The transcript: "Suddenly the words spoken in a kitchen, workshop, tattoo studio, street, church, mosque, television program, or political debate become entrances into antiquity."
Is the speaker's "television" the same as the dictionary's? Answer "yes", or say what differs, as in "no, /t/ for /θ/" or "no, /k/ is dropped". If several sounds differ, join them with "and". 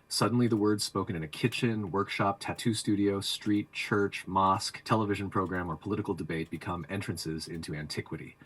yes